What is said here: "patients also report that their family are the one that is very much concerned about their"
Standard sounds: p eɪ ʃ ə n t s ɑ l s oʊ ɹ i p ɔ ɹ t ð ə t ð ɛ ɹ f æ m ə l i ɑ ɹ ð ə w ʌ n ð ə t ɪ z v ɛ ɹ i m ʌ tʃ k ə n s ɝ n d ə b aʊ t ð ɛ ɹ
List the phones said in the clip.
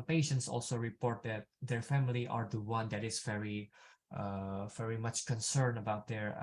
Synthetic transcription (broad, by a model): p eɪ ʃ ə n t s ɑ l s oʊ ɹ i p ɔ ɹ t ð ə t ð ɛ ɹ f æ m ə l i ɑ ɹ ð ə w ʌ n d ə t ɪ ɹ v ɛ ɹ i m ʌ tʃ k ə n s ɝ n ə b aʊ t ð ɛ ɹ